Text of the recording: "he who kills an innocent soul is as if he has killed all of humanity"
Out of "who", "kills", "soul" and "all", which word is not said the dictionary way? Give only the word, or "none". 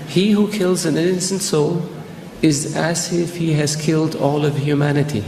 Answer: none